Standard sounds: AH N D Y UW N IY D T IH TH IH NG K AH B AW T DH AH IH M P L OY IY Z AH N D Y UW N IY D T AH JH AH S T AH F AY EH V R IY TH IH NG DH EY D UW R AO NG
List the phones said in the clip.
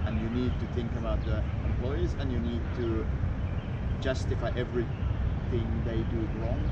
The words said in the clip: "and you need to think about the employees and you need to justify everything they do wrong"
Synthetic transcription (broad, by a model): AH N Y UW N IY D T IH TH IH NG K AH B AW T DH AH IH M P L OY IY Z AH N Y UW N IY D T AH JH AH S T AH F AY EH V R IY TH IH NG DH EY D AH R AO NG